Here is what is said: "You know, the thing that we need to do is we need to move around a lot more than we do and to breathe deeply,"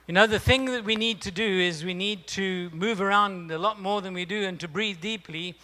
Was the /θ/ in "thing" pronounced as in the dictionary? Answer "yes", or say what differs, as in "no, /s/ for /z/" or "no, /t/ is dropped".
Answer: yes